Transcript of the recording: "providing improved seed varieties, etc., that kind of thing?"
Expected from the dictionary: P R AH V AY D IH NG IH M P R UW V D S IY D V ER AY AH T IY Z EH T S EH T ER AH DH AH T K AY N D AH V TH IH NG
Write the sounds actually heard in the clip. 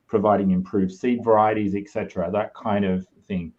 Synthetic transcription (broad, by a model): P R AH V AY D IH NG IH M P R UW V S IY D V ER AY AH T IY Z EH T S EH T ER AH DH AH T K AY N D AH V TH IH NG